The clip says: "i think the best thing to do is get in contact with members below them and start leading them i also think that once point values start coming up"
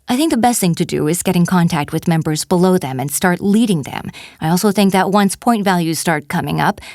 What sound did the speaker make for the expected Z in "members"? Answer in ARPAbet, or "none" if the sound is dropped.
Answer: Z